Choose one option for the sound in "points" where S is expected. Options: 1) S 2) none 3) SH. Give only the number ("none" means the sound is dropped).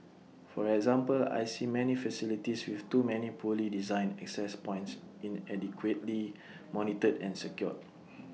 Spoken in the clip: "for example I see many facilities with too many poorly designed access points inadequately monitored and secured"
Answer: 1